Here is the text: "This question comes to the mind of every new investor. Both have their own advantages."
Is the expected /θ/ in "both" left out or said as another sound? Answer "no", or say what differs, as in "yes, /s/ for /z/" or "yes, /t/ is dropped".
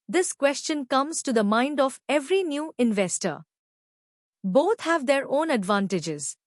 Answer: yes, /t/ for /θ/